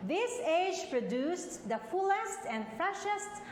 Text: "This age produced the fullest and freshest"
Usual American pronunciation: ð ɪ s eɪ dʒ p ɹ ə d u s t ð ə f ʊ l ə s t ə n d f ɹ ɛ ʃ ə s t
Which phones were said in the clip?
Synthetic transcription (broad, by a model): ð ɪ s eɪ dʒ p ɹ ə d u s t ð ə f ʊ l ə s t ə n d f ɹ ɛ ʃ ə s t